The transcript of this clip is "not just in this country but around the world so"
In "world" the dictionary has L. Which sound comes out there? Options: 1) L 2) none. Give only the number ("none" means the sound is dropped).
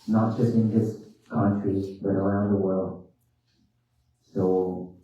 1